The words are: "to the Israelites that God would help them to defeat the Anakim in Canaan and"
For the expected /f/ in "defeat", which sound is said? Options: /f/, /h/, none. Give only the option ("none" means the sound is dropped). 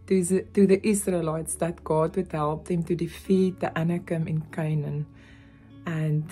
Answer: /f/